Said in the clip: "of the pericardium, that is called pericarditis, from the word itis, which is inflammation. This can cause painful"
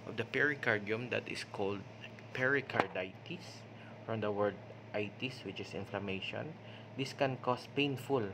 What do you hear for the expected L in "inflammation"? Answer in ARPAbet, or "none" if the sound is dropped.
L